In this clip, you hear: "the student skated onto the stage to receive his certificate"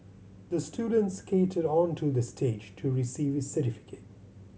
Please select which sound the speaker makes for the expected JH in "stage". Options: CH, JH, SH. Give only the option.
JH